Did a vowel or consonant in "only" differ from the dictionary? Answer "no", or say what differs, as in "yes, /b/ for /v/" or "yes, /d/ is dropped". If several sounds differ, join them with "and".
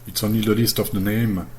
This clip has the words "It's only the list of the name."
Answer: yes, /l/ is dropped